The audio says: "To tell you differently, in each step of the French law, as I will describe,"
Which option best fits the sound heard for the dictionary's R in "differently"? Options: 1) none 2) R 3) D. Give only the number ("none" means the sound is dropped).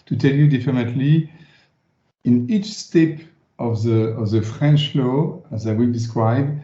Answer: 1